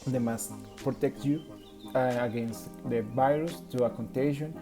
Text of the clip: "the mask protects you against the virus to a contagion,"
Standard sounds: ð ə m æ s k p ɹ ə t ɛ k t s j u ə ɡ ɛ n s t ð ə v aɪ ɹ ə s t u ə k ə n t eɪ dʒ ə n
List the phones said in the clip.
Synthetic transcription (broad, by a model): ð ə m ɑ s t p ɹ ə t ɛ k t j u ə ɡ ɛ n s t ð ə v aɪ ɹ ə s t u ə k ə n t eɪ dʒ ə n